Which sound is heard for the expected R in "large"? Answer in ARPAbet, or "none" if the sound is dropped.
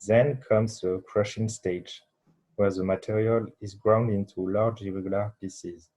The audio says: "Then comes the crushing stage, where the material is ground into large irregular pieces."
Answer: R